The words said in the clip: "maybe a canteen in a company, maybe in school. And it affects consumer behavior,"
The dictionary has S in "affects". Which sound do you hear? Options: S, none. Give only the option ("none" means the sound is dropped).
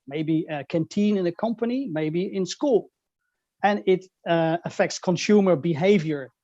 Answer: S